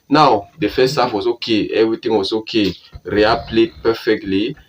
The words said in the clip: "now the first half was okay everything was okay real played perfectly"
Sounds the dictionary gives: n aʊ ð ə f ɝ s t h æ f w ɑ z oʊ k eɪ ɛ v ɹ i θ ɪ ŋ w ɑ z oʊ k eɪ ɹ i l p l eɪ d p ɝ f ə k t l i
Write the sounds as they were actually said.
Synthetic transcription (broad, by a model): n aʊ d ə f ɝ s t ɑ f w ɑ s oʊ k eɪ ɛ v ɹ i t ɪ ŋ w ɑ s oʊ k eɪ ɹ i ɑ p l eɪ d p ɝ f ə k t l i